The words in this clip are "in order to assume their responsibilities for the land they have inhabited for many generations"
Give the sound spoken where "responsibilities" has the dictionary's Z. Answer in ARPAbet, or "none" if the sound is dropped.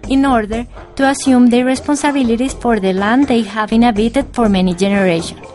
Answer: S